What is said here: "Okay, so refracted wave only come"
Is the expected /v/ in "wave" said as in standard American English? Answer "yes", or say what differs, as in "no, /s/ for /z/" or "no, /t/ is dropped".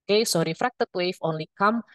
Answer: no, /f/ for /v/